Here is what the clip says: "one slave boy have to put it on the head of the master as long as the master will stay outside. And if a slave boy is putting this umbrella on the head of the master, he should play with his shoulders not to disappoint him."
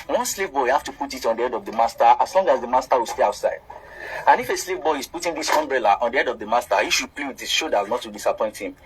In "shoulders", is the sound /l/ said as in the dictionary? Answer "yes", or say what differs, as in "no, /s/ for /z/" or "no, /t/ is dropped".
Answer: no, /l/ is dropped